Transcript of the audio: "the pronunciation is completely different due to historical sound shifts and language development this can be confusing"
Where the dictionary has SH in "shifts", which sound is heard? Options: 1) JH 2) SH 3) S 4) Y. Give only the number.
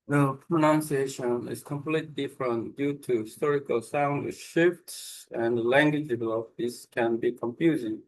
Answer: 2